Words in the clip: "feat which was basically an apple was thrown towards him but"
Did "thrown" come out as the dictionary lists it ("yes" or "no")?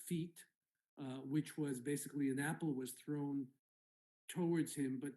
yes